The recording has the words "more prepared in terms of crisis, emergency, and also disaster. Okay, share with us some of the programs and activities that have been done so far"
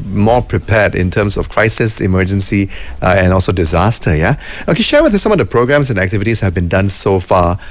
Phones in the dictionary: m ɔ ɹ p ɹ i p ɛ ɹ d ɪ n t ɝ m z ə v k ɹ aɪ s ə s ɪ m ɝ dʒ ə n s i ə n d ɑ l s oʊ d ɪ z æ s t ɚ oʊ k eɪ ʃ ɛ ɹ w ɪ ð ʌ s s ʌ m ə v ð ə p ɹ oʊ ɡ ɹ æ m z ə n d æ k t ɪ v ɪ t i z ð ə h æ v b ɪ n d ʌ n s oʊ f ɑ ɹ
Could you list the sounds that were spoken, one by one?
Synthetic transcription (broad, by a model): m ɔ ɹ p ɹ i p ɛ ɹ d ɪ n t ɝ m s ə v k ɹ aɪ s ə s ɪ m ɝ dʒ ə n s i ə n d ɑ l s oʊ d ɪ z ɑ s t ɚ oʊ k eɪ ʃ ɛ ɹ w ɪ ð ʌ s s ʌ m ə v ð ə p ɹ oʊ ɡ ɹ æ m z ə n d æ k t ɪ v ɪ t i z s h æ v b ɪ n d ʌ n s oʊ f ɑ